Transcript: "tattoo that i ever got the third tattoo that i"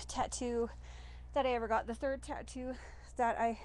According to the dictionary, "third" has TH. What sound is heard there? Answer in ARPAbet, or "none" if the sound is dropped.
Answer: TH